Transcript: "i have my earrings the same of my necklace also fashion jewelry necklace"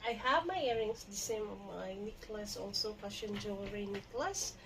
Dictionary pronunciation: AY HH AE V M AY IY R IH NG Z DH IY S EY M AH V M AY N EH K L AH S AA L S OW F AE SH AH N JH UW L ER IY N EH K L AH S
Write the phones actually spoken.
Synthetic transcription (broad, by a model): AY HH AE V M AY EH R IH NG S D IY S EY M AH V M AY N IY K L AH S AA L S OW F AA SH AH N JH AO W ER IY N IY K L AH S